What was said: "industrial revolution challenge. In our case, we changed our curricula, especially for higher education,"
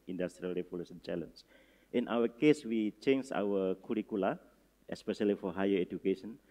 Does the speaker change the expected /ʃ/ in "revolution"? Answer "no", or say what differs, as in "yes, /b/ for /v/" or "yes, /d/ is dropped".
yes, /s/ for /ʃ/